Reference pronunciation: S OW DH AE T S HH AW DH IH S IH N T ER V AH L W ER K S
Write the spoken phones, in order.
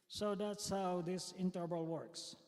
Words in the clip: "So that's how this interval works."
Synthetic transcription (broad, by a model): S OW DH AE T S HH AW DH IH S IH N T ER B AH L W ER K S